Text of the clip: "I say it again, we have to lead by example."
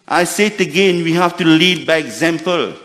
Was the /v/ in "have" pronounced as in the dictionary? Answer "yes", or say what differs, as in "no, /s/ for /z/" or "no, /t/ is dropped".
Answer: no, /f/ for /v/